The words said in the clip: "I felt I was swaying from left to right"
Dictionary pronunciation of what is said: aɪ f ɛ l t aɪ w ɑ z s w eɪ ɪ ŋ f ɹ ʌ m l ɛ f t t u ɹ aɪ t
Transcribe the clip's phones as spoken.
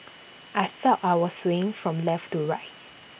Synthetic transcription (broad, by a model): aɪ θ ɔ t aɪ w ɑ s w eɪ ɪ ŋ f ɹ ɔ m l ɛ f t t u ɹ aɪ t